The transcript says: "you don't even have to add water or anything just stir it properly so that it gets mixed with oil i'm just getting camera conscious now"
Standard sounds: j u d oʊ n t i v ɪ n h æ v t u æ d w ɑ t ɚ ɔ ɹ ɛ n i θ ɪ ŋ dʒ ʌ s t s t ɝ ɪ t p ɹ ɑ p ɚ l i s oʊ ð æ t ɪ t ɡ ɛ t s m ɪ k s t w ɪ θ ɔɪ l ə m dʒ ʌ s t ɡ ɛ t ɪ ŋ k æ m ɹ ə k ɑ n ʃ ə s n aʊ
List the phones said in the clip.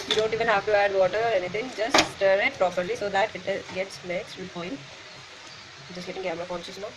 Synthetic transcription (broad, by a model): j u d oʊ n t i v ɪ n h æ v t u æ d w ɑ t ɚ ɔ ɹ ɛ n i t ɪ ŋ dʒ ʌ s t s t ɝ ɪ t p ɹ ɑ p ɚ l i s oʊ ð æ t ɪ t ɡ ɛ t s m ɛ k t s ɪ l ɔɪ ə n dʒ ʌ s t ɡ ɛ t ɪ ŋ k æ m ɹ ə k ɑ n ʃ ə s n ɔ